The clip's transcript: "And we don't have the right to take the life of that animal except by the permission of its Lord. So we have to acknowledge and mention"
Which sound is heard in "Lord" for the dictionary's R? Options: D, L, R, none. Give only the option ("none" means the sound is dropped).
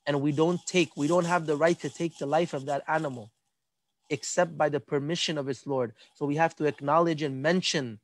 R